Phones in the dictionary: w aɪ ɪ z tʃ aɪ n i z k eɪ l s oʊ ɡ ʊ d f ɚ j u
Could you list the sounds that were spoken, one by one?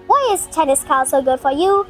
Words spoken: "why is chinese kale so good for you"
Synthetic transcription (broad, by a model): w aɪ ɪ z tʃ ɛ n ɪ s k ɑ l s oʊ ɡ ʊ d f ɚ j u